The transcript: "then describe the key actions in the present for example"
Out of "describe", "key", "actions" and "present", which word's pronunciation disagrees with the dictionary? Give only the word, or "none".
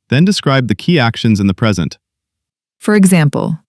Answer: none